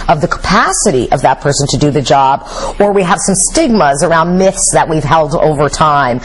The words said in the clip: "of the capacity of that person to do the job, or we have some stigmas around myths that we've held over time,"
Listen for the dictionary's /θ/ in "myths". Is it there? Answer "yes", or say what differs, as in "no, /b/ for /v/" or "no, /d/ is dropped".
yes